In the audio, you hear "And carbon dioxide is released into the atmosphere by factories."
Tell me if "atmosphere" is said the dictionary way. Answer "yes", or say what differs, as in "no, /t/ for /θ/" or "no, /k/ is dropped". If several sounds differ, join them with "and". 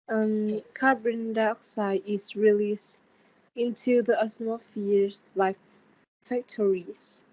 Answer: no, /s/ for /t/ and /s/ is dropped